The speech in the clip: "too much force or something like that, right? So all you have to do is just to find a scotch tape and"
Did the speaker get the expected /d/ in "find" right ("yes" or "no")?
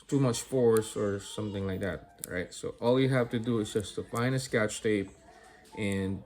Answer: no